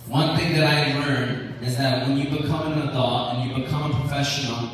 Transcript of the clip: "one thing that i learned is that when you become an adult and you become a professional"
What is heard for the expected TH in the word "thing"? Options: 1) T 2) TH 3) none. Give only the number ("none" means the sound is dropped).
2